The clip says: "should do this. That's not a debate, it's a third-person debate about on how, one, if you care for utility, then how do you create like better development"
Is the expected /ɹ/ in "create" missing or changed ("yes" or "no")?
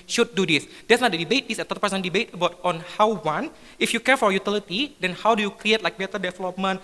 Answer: no